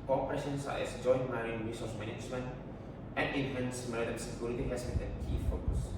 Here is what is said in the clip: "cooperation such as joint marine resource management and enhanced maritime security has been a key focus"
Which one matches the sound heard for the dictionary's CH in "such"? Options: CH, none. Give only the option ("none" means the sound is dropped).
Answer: none